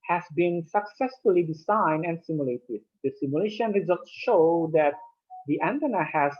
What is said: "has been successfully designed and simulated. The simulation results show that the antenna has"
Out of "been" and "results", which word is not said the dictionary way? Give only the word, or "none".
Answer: none